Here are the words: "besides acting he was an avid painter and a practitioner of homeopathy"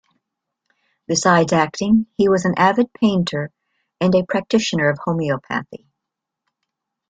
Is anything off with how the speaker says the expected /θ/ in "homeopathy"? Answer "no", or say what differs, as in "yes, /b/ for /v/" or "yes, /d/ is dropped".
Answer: no